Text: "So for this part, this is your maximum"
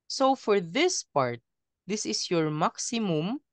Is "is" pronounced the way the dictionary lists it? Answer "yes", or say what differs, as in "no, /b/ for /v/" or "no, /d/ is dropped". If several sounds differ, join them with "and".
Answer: no, /s/ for /z/